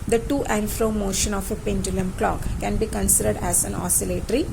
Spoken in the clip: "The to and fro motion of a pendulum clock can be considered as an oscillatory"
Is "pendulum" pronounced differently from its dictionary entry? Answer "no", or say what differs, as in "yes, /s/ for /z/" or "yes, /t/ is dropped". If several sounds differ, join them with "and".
no